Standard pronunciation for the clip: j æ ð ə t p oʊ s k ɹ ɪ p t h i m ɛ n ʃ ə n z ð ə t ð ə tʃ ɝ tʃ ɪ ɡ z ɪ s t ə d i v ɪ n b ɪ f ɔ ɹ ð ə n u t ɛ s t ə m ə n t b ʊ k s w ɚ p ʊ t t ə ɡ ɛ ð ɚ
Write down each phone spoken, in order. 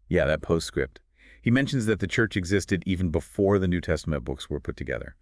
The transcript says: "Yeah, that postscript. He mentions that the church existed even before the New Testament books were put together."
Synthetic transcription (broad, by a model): j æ ð ə t p oʊ s k ɹ ɪ p t h i m ɛ n ʃ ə n z ð ə t ð ə tʃ ɝ tʃ ɪ ɡ z ɪ s t ə d i v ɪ n b ɪ f ɔ ɹ ð ə n u t ɛ s t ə m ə n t b ʊ k s w ɚ p ʊ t t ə ɡ ɛ ð ɚ